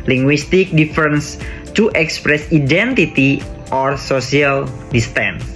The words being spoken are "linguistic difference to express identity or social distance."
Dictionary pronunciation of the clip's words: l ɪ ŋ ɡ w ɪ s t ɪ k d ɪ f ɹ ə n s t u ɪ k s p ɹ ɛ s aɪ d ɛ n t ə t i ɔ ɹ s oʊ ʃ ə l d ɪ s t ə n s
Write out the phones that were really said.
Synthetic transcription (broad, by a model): l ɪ ŋ ɡ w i s t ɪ k d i f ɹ n s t u ɪ k s p ɹ ɛ s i d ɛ n t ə t i ɔ ɹ s oʊ s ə l d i s t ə n s